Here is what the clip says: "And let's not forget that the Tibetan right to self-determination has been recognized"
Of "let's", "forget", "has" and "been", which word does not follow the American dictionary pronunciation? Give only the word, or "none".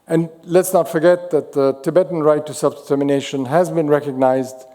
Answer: none